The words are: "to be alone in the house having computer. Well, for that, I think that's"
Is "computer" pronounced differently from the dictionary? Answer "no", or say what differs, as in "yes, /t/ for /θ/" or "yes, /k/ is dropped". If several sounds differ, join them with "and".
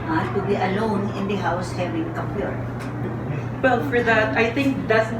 yes, /m/ is dropped